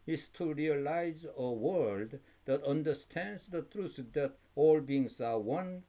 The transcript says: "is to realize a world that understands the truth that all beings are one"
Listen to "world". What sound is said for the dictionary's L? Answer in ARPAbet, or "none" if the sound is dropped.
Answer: L